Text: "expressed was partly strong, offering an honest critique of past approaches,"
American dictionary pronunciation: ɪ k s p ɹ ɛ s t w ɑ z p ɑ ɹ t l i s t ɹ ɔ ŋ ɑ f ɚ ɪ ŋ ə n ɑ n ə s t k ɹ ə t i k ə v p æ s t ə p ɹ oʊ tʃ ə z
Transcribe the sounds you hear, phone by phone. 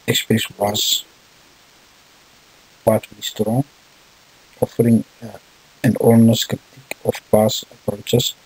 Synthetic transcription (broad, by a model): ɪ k s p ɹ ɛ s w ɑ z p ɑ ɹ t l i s t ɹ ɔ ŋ ɑ f ɚ ɪ ŋ ə n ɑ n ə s k ɹ ə t i k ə f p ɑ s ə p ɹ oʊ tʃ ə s